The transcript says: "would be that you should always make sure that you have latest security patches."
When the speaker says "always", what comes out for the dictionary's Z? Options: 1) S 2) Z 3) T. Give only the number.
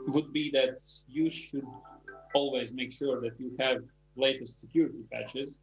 2